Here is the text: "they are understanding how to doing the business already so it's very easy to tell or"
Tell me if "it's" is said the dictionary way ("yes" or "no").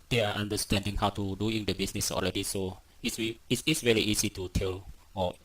no